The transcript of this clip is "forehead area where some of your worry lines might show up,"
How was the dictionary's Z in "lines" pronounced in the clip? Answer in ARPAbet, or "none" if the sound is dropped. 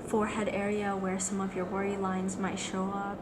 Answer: Z